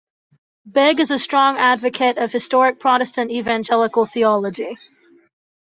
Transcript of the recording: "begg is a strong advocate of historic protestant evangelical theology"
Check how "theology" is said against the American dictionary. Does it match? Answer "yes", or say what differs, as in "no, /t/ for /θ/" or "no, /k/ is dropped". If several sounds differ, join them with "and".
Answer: yes